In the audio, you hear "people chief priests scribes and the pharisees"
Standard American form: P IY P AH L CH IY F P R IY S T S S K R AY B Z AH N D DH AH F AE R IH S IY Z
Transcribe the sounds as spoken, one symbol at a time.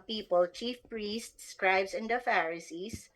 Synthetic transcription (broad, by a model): P IY P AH L CH IY F P R IY S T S S K R AY B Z AH N D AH F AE R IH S IY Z